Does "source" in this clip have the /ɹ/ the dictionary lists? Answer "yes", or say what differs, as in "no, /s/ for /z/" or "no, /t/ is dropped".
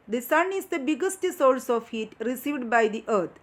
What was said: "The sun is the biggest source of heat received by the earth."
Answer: no, /l/ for /ɹ/